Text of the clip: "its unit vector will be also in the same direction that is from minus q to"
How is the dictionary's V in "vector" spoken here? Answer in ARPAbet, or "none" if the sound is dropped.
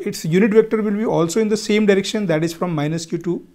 V